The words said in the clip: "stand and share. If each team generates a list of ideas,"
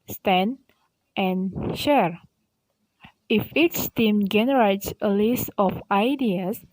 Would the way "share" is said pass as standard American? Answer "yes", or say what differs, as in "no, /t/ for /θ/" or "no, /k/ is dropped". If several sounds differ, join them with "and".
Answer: yes